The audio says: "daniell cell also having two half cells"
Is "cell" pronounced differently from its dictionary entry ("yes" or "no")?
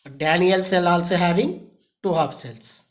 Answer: no